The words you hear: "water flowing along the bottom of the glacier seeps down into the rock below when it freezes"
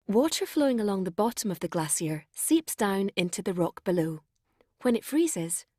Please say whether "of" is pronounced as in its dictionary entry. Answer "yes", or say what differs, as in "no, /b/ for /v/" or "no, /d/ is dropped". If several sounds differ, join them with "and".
yes